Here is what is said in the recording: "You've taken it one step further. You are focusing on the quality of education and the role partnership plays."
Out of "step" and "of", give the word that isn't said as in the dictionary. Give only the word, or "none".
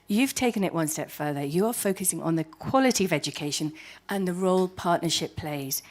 none